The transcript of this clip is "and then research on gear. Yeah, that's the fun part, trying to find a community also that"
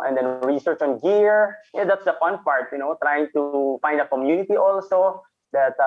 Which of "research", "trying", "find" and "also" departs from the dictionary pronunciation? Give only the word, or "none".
none